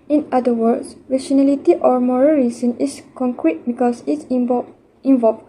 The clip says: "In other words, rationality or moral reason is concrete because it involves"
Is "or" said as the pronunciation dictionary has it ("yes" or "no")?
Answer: yes